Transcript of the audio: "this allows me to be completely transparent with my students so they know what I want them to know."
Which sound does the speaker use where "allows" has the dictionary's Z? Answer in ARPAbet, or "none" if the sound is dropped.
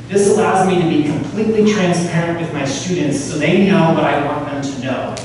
Z